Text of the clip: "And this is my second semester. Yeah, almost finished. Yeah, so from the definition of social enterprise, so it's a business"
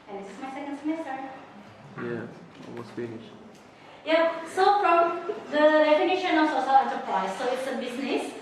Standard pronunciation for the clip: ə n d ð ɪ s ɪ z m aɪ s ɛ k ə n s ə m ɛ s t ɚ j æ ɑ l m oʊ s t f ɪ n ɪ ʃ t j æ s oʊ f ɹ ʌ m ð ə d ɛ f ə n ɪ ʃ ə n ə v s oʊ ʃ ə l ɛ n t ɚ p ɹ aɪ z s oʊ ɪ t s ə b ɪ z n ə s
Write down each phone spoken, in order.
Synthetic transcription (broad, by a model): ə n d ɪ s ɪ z m aɪ s ɛ k ə n s ə m ɛ s t ɚ j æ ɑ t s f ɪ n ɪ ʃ j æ s oʊ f ɹ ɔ m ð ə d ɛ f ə n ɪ ʃ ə n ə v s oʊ s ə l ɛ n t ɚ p ɹ aɪ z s oʊ ɪ t s ə b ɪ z n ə s